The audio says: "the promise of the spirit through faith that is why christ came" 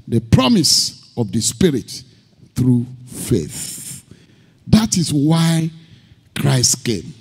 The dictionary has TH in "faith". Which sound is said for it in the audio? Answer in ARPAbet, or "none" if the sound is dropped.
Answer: TH